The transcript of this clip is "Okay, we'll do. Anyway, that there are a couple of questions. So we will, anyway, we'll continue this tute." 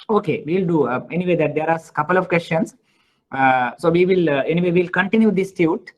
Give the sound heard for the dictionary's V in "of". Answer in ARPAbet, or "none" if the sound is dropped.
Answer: V